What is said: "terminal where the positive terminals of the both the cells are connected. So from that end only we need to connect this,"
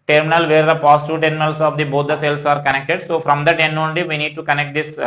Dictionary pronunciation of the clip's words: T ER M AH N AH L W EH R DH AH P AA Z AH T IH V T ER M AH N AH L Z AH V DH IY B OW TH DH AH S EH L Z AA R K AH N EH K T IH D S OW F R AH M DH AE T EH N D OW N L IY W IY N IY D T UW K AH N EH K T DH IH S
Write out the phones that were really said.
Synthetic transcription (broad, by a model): T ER M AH N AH L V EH R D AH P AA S T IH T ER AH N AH L S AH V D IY B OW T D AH S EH L S AA R K AH N EH K T IH D S OW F R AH M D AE T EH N OW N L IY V IY N IY D T UW K AH N EH K T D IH S